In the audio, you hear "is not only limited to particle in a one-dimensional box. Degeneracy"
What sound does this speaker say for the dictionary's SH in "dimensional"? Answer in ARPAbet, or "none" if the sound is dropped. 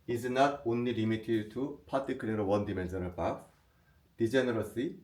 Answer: S